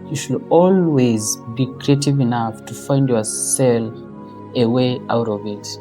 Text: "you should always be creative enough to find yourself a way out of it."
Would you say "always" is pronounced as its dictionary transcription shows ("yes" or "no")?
yes